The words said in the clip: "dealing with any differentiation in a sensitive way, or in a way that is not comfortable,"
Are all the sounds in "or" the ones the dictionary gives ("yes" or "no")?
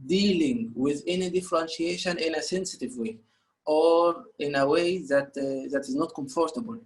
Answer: yes